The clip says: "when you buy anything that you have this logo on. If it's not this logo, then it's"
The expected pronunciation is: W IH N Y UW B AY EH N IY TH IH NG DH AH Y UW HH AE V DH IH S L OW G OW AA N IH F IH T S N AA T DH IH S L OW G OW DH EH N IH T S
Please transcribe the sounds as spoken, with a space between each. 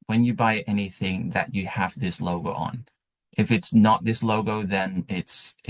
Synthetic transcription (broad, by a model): W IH N Y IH B AY EH N IY TH IH NG DH AH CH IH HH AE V DH IH S L OW G OW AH N IH F IH T S N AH T DH IH S L OW G OW DH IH N IH T S